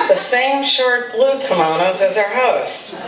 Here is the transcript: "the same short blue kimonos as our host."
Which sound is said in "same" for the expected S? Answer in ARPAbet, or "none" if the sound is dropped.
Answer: S